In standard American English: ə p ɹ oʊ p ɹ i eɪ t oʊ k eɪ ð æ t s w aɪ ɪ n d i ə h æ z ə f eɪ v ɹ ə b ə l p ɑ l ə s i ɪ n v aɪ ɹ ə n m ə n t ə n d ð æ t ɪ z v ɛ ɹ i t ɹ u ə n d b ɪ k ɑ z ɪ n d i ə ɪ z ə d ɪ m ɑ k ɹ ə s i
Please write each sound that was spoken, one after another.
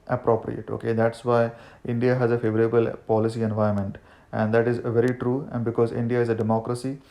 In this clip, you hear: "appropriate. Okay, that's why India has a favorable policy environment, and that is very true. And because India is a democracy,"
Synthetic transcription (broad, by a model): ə p ɹ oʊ p ɹ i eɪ t oʊ k eɪ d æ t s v aɪ ɪ n d i ə h æ z ə f eɪ v ɹ ə b ə l p ɑ l ə s i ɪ n v aɪ ə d m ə n t ə n d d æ t ɪ z v ɛ ɹ i t ɹ u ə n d b ɪ k ɑ z ɪ n d i ə ɪ z ə d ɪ m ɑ k ɹ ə s i